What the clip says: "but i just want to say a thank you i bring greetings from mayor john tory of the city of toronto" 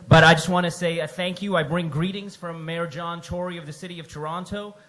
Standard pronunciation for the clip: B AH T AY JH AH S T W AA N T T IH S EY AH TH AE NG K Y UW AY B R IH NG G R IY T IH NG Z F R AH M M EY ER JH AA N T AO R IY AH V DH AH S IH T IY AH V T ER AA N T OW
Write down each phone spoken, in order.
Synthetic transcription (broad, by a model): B AH T AY JH AH S T W AA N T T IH S EY AH TH AE NG K Y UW AY B R IH NG G R IY T IH NG Z F R AH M M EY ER JH AA N T AO R IY AH V DH AH S IH T IY AH V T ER AA N T OW